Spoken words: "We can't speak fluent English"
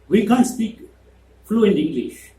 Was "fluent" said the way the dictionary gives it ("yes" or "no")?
no